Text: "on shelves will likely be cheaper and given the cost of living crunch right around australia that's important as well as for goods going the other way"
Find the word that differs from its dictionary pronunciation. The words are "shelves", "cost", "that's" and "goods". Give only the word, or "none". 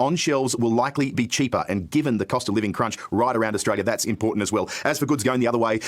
none